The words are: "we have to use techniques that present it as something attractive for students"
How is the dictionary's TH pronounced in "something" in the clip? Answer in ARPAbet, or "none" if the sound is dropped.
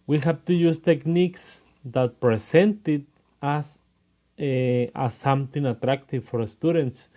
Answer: T